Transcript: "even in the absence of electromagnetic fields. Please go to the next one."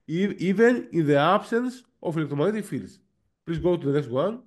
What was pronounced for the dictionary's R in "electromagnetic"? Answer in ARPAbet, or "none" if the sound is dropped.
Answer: none